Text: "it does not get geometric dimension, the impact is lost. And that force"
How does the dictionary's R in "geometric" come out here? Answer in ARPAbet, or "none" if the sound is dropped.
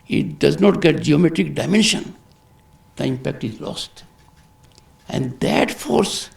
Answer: R